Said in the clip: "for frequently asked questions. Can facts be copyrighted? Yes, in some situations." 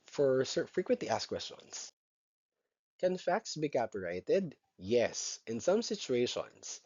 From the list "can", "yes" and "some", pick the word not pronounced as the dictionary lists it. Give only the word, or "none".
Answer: none